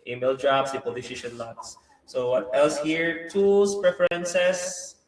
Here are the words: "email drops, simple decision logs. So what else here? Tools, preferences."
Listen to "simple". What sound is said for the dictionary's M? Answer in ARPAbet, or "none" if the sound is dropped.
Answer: none